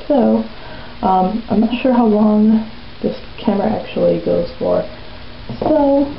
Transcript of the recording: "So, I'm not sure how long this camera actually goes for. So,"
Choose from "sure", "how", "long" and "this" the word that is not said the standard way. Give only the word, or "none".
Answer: none